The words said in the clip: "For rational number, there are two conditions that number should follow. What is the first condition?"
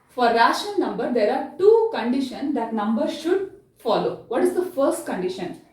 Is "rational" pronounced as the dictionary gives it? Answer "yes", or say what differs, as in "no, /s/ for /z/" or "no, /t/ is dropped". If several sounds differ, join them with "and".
no, /n/ is dropped